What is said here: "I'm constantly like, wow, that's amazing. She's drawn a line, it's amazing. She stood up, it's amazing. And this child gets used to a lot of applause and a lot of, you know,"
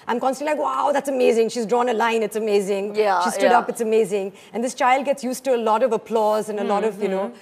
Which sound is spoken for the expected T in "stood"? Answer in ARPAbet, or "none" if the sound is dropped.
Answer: S